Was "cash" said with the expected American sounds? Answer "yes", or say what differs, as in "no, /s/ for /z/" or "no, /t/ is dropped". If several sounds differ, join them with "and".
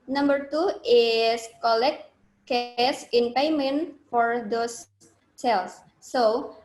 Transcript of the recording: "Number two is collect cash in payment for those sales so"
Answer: no, /s/ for /ʃ/